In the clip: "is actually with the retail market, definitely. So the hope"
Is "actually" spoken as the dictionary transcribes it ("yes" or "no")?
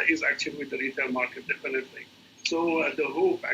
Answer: no